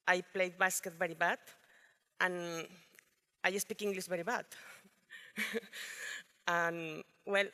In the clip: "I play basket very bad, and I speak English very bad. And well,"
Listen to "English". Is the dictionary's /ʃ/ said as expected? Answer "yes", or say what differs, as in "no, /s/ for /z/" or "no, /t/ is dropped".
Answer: no, /s/ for /ʃ/